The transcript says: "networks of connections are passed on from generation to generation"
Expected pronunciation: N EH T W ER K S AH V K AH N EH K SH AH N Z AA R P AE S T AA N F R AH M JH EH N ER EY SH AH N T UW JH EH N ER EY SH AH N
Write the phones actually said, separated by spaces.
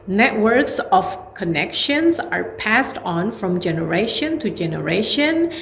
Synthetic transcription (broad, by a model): N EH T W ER K S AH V K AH N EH K SH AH N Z AA R P AE S T AA N F R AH M JH EH N ER EY SH AH N T UW JH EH N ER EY SH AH N